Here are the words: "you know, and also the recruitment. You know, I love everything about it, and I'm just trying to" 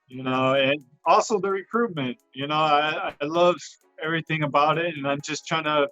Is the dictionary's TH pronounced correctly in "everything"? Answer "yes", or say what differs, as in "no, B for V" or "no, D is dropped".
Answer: yes